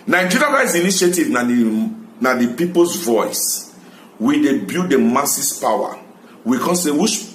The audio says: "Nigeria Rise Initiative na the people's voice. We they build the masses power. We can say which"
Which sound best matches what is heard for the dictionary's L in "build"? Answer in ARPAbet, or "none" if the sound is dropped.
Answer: none